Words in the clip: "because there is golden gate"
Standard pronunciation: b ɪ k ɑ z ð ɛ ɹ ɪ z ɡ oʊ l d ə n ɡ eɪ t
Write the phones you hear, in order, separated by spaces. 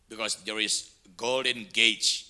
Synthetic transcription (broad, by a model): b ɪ k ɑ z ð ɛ ɹ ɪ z ɡ oʊ l d ə n ɡ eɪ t